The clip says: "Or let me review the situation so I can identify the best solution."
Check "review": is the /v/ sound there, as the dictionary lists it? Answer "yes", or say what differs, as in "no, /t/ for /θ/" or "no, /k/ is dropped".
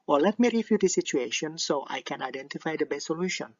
no, /f/ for /v/